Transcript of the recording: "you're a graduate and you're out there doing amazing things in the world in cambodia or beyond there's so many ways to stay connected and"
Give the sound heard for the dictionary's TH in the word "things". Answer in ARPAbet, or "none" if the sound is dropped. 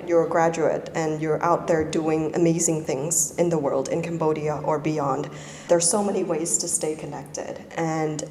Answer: TH